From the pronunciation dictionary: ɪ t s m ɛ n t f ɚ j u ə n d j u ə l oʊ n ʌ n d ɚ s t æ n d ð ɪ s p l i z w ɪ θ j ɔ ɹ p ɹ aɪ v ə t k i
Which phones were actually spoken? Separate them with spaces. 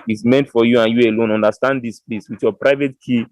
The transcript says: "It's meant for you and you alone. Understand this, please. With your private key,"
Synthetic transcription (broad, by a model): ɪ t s m ɛ n t f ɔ j u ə n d j u ə l oʊ n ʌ n d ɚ s t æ n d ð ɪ s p l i s w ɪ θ j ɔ p ɹ aɪ v ə t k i